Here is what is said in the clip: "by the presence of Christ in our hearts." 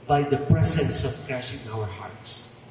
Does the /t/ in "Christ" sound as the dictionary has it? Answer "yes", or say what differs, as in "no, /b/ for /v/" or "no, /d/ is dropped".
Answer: no, /t/ is dropped